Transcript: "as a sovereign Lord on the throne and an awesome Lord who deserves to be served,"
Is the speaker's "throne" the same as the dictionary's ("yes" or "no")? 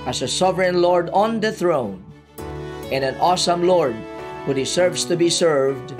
yes